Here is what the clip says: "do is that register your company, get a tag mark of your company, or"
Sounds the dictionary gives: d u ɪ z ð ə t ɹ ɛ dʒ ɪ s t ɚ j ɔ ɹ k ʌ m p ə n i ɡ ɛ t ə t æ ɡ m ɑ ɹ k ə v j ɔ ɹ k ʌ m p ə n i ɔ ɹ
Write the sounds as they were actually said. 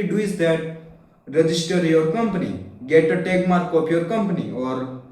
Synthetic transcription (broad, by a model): d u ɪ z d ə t ɹ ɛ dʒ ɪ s t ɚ j ɔ ɹ k ʌ m p ə n i ɡ ɛ t ə t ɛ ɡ m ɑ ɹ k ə p j ɔ ɹ k ʌ m p ə n i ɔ ɹ